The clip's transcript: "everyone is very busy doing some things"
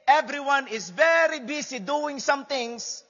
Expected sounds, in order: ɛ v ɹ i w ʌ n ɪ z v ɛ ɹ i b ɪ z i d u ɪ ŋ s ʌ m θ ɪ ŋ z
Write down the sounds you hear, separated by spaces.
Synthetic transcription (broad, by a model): ɛ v ɹ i w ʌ n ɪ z v ɛ ɹ i b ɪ s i d u ɪ ŋ s ʌ m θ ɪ ŋ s